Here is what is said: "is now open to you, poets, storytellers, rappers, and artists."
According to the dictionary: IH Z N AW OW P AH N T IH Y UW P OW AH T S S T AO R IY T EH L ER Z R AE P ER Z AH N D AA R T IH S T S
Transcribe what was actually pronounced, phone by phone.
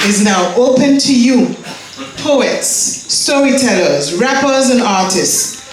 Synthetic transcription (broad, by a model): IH Z N AW OW P AH N T IH Y UW P OW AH T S S T AO R IY T EH L ER Z R AE P ER Z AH N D AA R T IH S T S